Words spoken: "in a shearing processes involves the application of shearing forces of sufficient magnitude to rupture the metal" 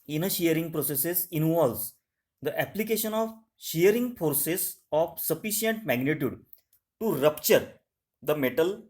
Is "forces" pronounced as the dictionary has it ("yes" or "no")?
no